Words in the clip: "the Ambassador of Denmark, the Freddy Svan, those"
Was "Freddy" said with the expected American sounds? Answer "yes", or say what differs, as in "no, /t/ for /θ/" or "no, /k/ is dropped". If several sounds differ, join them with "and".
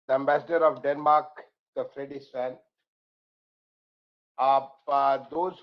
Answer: yes